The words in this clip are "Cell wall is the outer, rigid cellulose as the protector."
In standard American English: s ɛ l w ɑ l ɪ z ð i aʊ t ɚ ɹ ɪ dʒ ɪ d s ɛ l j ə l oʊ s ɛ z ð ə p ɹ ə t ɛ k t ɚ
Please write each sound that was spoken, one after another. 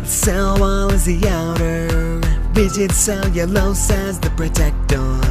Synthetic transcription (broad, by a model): s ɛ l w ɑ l ɪ z ð i aʊ t ɚ w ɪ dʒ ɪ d s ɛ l j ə l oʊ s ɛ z ð ə p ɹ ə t ɛ k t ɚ